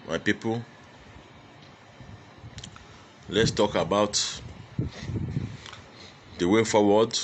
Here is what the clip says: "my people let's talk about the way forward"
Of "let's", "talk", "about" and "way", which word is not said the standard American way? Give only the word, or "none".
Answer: none